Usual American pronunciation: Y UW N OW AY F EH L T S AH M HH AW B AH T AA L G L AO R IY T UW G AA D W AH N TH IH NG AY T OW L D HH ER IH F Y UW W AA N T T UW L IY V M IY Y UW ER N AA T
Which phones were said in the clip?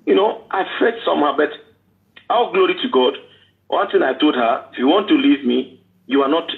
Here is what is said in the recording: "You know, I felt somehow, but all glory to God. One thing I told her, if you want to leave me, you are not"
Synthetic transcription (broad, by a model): Y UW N OW AY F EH T S AH M HH AW B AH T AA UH G L AO R IY T UW G AA D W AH N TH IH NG AY T OW L D HH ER IH F Y UW W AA N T T UW L IY V M IY Y UW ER N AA T